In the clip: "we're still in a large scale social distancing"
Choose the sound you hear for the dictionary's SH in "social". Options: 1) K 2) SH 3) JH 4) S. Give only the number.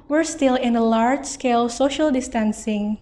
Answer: 2